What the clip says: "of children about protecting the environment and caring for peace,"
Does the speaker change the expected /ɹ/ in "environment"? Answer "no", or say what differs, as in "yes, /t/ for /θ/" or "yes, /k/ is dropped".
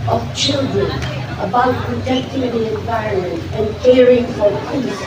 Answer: yes, /ɹ/ is dropped